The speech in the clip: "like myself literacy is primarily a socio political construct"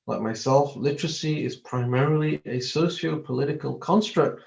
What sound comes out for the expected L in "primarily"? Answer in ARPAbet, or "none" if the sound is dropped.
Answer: L